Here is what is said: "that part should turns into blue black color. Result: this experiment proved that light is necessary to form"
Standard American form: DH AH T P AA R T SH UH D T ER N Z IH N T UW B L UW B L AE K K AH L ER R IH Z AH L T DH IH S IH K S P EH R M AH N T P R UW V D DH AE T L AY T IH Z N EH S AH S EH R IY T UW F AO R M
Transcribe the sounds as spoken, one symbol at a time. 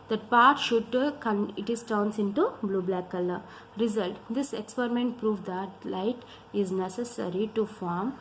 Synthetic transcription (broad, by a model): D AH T P AA R T SH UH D T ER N S IH N T UW B L UW B L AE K K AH L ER R IH Z AH L T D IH S IH K S P EH R M AH N T P R UW V D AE T L AY T IH Z N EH S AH S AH R IY T UW F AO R M